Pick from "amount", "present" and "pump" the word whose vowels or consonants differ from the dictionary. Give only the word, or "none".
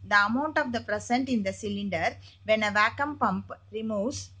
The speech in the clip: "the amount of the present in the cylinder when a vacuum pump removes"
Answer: present